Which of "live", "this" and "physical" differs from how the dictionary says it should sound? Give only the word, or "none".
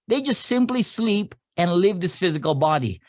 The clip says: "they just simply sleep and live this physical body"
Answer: none